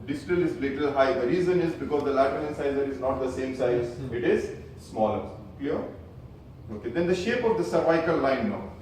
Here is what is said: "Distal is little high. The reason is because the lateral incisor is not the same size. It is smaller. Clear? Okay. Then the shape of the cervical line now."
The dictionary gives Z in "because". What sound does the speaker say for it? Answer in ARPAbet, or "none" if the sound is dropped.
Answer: Z